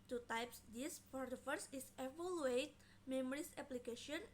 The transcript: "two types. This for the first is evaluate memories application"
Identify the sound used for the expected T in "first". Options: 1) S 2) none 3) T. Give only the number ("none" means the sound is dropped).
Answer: 2